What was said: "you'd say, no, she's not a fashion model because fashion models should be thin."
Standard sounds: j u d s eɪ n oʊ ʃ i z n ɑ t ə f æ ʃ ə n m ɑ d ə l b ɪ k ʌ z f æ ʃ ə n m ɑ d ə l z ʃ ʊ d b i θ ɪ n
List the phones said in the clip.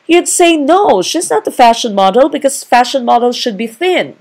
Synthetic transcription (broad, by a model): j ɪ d s eɪ n oʊ ʃ i z n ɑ t ə f æ ʃ ə n m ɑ d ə l b ɪ k ʌ z f æ ʃ ə n m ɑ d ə l ʃ ʊ d b i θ ɪ n